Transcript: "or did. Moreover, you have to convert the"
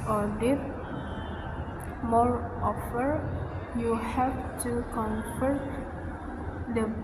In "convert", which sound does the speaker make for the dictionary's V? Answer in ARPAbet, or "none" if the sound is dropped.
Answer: F